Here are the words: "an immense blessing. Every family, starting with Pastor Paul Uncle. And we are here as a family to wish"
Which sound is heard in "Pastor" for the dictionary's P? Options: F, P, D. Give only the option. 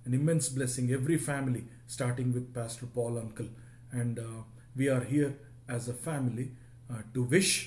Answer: P